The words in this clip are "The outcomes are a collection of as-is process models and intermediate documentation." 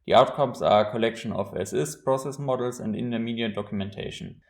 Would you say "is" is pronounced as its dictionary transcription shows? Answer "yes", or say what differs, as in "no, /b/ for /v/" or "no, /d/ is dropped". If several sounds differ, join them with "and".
no, /s/ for /z/